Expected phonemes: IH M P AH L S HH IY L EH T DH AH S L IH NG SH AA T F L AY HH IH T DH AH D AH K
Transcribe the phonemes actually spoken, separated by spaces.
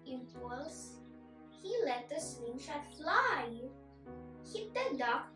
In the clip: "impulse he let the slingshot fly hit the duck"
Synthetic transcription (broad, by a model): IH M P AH L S HH IY L EH T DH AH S W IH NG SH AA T F L AY HH IH T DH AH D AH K